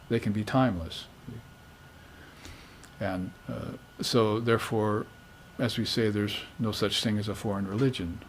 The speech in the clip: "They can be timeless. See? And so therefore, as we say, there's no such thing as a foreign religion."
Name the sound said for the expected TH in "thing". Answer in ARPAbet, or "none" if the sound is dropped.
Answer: TH